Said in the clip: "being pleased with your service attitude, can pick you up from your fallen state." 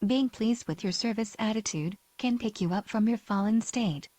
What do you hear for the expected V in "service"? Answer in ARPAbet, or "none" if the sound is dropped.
V